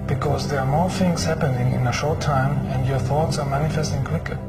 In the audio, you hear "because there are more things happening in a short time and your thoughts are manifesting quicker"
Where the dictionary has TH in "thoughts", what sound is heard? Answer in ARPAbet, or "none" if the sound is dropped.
TH